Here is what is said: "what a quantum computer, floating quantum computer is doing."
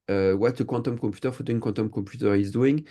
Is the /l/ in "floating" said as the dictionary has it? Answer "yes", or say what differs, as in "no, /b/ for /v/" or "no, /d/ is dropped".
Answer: no, /l/ is dropped